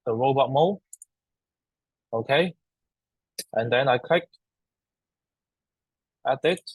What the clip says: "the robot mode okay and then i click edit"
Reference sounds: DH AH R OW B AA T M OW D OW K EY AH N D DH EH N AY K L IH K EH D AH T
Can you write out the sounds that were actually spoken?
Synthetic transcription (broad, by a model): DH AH R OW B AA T M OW OW K EY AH N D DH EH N AY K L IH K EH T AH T